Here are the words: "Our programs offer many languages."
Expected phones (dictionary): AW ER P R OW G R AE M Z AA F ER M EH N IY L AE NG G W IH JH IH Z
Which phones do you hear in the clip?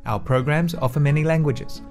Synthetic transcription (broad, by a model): AW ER P R OW G R AE M Z AA F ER M EH N IY L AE NG G W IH JH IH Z